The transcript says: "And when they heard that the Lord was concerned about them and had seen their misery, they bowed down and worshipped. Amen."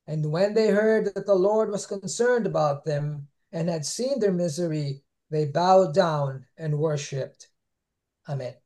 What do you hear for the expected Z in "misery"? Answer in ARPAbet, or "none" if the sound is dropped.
Z